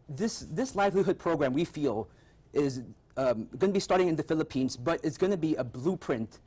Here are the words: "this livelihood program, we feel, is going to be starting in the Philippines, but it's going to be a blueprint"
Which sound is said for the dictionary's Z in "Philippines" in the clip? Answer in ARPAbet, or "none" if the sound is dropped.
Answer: Z